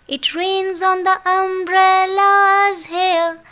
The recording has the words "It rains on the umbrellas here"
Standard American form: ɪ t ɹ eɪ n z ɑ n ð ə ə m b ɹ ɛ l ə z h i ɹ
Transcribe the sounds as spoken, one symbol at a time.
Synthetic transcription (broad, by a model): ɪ t ɹ eɪ n z ɑ n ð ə ə m b ɹ ɛ l ə z h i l